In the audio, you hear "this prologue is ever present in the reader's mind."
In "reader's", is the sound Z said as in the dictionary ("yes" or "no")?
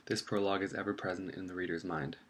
yes